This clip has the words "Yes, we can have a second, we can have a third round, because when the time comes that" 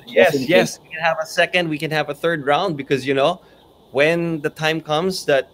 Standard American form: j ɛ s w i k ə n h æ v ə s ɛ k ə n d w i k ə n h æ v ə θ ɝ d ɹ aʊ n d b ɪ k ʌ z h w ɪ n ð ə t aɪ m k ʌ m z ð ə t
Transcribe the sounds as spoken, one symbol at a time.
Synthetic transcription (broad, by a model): j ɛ s w i k ə n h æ v ə s ɛ k ə n d w i k ə n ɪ v ə θ ɝ d ɹ aʊ n d b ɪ k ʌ z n w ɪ n ð ə t aɪ m k ʌ m z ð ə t